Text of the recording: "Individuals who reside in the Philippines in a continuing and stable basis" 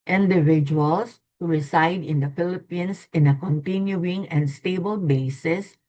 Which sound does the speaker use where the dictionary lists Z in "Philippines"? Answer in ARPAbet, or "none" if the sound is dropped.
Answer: S